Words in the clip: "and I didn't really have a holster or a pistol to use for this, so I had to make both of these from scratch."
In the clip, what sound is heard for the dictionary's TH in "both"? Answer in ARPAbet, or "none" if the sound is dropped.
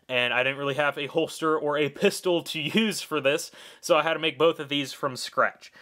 TH